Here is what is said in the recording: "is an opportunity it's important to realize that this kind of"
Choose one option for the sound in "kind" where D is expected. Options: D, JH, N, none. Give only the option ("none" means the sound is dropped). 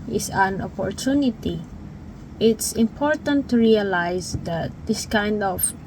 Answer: D